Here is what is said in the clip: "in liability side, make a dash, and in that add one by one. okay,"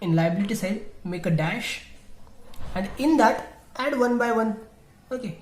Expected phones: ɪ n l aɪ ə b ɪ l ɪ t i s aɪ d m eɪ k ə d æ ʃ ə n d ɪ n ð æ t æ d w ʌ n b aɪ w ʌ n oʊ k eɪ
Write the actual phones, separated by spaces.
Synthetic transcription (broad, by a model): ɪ n l aɪ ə b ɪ l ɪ t i s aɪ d m eɪ k ə d æ ʃ ə n d ɪ n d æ t æ d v ʌ n b aɪ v ʌ n oʊ k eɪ